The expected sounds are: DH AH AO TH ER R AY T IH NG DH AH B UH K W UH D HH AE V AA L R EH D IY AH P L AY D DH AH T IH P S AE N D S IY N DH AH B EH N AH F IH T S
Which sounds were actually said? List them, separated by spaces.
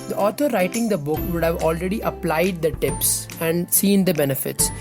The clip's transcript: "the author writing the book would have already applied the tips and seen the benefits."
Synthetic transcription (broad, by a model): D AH AO T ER R AY T IH NG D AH B UH K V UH D HH AE V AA L R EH D IY AH P L AY D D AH T IH P S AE N D S IY N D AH B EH N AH F IH T S